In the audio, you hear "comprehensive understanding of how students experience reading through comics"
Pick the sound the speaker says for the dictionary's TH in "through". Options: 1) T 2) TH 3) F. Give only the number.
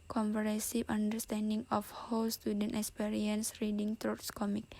1